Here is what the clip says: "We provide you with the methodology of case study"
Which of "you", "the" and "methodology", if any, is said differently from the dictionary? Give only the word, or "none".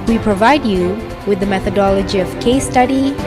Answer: none